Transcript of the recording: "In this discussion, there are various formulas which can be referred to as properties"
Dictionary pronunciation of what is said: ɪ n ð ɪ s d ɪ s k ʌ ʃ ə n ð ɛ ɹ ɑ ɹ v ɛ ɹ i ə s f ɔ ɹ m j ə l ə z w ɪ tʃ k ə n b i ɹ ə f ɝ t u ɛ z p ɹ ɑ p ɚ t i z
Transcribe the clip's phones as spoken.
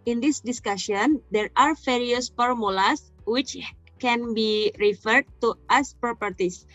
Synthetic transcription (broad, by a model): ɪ n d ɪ s d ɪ s k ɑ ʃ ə n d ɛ ɹ ɑ ɹ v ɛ ɹ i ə s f ɔ ɹ m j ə l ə s w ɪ tʃ k ə n b i ɹ ə f ɝ t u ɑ s p ɹ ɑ p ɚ t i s